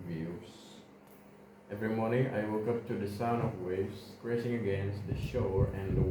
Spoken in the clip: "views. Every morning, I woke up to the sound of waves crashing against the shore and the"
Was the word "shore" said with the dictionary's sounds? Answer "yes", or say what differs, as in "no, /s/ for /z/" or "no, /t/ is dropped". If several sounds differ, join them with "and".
yes